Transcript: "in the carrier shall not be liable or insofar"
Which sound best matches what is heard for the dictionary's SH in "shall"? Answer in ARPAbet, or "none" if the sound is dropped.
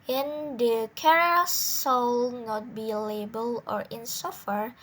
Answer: S